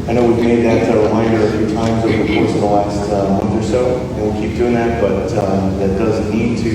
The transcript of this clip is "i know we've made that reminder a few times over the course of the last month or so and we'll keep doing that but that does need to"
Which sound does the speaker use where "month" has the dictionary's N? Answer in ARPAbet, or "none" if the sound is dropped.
N